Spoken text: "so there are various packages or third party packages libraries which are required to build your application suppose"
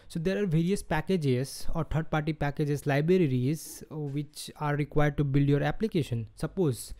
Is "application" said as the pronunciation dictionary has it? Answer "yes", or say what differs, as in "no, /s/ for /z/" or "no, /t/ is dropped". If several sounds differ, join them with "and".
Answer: yes